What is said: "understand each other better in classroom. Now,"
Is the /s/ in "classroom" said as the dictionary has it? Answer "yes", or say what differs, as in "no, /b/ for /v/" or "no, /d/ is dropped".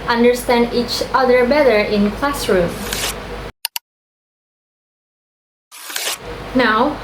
yes